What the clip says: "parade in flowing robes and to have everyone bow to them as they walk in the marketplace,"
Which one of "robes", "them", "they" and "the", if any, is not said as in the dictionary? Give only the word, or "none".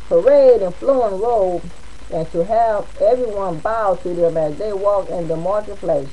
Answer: robes